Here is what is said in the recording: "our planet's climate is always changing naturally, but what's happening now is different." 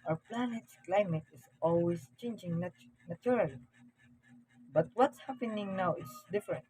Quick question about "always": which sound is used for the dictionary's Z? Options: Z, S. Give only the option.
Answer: S